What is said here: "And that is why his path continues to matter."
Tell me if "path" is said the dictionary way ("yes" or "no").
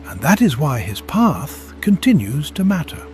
yes